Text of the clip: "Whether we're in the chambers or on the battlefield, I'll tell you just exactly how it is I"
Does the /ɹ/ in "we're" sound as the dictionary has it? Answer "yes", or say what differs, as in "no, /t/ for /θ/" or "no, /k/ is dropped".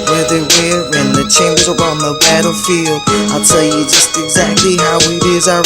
no, /w/ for /ɹ/